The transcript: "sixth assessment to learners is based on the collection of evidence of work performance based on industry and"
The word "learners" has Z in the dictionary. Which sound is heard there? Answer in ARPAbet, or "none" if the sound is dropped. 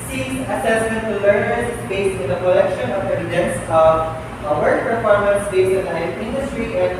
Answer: none